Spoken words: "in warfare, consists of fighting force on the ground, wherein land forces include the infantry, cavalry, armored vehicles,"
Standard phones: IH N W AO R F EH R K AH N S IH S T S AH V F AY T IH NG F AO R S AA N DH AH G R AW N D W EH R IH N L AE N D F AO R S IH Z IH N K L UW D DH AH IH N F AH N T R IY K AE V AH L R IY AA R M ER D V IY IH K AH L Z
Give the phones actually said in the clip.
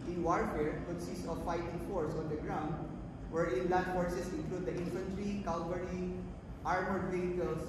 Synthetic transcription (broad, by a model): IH N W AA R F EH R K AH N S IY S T AH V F AY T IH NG F AO R S AA N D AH G R AW N D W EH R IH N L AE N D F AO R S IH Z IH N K L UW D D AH IH N F AH N T R IY K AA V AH R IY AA R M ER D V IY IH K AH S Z